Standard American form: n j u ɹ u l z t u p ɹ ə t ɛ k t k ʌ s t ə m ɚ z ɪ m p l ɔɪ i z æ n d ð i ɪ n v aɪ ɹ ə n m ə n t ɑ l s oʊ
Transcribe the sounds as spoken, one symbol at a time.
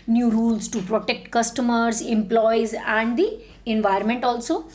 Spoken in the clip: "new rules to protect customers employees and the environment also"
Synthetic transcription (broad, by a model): n j u ɹ u l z t u p ɹ ə t ɛ k t k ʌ s t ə m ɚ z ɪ m p l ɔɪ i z æ n d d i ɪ n v aɪ ə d m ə n t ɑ l s oʊ